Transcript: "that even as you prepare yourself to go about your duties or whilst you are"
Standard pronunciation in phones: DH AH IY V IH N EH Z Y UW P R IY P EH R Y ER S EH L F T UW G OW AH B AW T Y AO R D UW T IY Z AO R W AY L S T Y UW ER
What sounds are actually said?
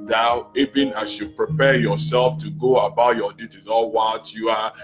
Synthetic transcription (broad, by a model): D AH IY V IH N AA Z Y UW P R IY P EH Y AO S EH L F T UW G OW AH B AW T Y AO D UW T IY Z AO L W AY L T Y UW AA